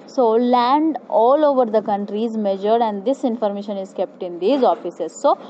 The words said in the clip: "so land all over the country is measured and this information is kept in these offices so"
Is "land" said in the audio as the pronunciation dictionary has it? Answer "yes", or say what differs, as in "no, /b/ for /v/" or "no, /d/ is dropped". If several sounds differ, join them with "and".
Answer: yes